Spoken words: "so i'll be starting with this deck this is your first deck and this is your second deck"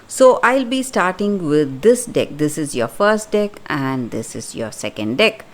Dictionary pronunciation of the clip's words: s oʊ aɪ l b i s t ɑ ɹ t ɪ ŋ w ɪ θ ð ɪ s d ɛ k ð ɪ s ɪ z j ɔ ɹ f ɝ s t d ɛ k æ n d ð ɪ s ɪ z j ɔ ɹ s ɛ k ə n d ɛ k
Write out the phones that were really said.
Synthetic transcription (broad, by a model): s oʊ aɪ l b i s t ɑ ɹ t ɪ ŋ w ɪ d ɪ s d ɛ k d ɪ s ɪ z j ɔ f ɝ s t d ɛ k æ n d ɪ s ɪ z j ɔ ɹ s ɛ k ə n d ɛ k